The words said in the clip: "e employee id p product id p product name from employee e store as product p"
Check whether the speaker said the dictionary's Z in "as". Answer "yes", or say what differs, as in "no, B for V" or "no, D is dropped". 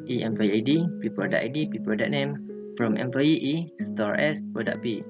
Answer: no, S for Z